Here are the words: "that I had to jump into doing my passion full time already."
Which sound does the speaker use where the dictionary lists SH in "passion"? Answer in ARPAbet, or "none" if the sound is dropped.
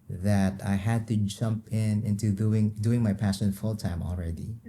S